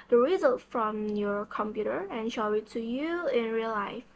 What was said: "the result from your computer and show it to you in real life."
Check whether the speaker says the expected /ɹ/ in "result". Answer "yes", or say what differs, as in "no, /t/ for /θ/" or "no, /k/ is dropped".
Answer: yes